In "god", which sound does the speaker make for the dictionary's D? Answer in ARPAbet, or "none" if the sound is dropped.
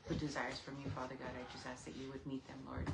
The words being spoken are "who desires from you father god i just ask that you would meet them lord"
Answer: D